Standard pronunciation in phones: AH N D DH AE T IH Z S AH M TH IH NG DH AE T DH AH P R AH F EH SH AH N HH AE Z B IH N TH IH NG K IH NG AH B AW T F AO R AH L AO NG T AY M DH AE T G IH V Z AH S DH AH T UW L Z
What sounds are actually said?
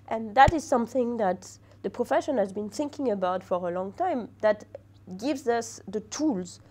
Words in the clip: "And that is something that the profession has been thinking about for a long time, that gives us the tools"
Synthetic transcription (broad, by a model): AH N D DH AE T IH Z S AH M TH IH NG DH AE T DH AH P R AH F EH SH AH N HH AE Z B IH N TH IH NG K IH NG AH B AW T F AO R AH L AO NG T AY M DH AE T G IH V Z AH S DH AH T UW L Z